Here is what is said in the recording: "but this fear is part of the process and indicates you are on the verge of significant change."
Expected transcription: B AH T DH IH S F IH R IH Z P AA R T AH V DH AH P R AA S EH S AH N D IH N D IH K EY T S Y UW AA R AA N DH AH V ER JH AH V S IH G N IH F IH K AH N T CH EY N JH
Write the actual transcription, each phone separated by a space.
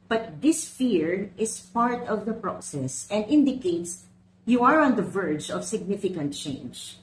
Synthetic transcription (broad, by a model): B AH T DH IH S F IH R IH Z P AA R T AH V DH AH P R AA S EH S AH N D IH N D IH K EY T S Y UW AA R AA N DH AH V ER JH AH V S IH G N IH F IH K AH N T CH EY N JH